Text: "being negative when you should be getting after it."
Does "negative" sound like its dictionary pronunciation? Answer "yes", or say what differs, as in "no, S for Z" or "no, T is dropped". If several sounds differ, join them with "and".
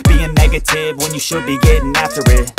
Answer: yes